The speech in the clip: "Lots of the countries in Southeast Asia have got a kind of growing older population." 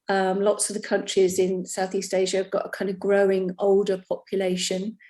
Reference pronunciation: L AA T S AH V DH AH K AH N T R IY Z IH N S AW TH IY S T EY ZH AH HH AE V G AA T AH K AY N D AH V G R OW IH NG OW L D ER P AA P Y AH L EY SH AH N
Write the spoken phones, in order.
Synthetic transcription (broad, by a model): L AA T S AH V DH AH K AH N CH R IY Z IH N S AW TH IY S T EY ZH AH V G AA T AH K AY N D AH V G R OW IH NG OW L D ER P AA P Y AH L EY SH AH N